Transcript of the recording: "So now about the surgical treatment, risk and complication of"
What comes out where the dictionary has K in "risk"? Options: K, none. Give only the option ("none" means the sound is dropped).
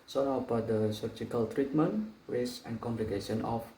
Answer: none